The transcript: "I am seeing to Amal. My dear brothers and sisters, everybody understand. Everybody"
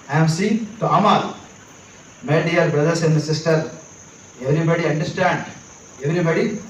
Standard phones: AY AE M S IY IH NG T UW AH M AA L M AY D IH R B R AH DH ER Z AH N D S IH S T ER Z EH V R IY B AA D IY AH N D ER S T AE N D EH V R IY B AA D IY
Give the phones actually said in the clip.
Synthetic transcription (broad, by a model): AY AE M S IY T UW AH M AA L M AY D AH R B R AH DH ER S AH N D S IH S T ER EH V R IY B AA D IY AH N D ER S T AE N D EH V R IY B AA D IY